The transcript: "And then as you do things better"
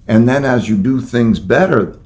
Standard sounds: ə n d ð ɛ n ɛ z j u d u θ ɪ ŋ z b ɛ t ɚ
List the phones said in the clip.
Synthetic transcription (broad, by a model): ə n ð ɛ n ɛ z j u d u θ ɪ ŋ z b ɛ t ɚ